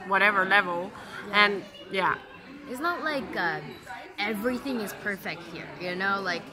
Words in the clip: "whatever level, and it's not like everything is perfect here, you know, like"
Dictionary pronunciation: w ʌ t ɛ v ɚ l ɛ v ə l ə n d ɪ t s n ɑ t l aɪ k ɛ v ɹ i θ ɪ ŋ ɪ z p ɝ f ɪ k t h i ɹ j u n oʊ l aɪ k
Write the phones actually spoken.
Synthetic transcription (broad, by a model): w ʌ t ɛ v ɚ l ɛ v l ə n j ɪ t s n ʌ t l aɪ k ɛ v ɹ i θ ɪ ŋ ɪ z p ɝ f ɪ k t h i ɹ j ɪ n oʊ l aɪ k